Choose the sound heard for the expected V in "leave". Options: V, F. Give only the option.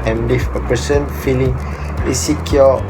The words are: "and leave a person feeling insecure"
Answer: F